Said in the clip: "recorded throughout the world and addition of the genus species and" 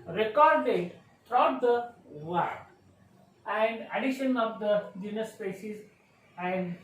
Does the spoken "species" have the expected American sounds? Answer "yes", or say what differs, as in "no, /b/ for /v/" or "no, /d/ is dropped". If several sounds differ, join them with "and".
no, /s/ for /ʃ/